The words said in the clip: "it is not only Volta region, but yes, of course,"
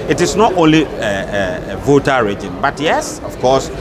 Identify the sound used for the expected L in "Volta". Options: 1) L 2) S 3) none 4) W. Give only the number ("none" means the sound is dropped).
3